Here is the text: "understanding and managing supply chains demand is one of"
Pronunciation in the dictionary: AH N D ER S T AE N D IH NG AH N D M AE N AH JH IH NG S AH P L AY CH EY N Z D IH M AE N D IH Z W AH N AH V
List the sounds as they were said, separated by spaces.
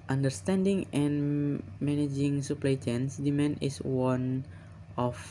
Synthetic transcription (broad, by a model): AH N D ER S T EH N D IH NG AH N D M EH N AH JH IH NG S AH P L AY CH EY N S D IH M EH N IH S W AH N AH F